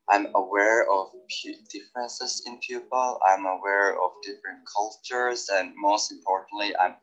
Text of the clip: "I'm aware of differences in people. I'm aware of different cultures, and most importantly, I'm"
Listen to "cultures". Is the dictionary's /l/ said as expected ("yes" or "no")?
yes